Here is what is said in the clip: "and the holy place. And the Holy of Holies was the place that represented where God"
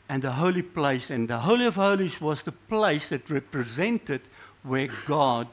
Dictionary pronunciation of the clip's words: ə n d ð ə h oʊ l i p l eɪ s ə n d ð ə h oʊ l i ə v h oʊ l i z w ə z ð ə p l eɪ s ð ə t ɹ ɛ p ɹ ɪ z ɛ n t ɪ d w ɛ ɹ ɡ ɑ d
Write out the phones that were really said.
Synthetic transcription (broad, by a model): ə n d ð ə h oʊ l i p l eɪ s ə n ð ə h oʊ l i ə v h oʊ l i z w ə z ð ə p l eɪ s ð ə t ɹ ɛ p ɹ ɪ z ɛ n t ɪ d w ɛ ɹ ɡ ɑ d